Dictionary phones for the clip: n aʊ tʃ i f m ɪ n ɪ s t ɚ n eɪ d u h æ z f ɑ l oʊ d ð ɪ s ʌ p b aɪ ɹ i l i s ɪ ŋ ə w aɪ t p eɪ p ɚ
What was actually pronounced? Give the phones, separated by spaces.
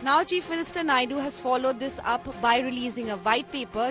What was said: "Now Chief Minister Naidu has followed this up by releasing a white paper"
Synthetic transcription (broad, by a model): n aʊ tʃ i f m ɪ n ɪ s t ɚ n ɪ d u h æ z f ɑ l oʊ d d ɪ s ʌ p b aɪ ɹ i l i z ɪ ŋ ə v aɪ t p eɪ p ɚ